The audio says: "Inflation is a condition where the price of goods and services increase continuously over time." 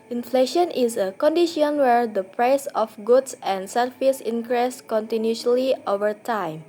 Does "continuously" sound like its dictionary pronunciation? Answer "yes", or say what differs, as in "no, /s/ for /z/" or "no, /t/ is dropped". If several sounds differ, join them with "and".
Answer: no, /s/ is dropped